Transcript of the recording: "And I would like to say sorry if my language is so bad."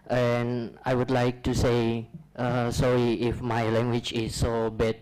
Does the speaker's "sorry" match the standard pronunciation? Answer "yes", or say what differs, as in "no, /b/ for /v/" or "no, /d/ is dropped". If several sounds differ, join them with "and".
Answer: no, /ɹ/ is dropped